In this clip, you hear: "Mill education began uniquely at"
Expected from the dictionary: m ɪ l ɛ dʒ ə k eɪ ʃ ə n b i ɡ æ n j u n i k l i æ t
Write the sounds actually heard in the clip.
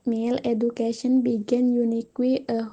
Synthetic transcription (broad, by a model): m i l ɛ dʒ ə k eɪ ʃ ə n b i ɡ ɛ n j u n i k w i t